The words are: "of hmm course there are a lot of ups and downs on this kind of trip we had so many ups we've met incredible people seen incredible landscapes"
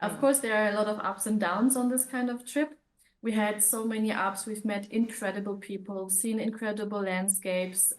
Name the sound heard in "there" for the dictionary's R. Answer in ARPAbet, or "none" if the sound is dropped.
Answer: R